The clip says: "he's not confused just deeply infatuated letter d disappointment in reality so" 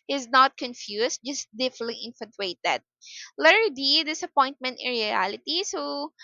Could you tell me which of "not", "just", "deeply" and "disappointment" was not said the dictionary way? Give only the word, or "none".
deeply